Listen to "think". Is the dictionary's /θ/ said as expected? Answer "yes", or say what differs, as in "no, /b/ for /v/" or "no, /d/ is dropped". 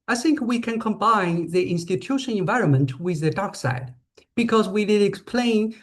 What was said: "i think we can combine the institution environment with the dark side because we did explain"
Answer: yes